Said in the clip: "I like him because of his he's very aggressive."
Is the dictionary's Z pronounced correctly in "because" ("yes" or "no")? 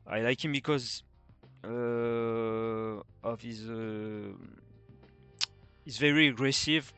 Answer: yes